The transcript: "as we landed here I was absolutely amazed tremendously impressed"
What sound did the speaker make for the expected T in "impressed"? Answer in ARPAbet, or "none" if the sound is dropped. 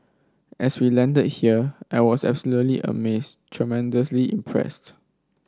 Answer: T